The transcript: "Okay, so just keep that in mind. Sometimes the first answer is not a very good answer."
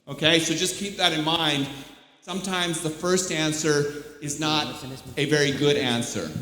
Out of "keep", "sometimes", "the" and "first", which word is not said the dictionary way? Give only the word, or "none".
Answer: none